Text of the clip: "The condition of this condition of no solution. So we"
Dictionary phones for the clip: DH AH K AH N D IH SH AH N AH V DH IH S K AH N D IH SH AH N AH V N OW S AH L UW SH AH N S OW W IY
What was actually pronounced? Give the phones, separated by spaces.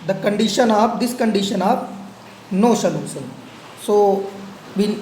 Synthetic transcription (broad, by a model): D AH K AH N D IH SH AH N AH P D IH S K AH N D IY SH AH N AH P N OW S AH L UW S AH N S OW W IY